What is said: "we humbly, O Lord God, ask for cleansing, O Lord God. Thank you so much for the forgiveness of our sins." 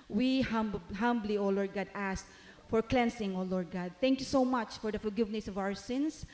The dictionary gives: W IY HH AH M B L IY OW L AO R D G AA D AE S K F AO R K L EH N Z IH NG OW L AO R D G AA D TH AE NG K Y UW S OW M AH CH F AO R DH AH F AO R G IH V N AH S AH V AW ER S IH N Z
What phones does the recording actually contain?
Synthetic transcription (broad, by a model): W IY HH AH M B L IY OW L AO R D G AA D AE S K F AO R K L EH N S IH NG OW L AO R D G AA D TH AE NG K Y UW S OW M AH CH F AO R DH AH F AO L G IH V N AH S AH V AW ER S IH N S